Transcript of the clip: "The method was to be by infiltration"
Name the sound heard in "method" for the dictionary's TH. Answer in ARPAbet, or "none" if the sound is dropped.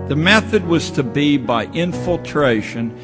TH